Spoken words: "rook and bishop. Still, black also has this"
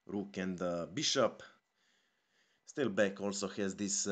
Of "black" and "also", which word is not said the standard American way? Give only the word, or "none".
black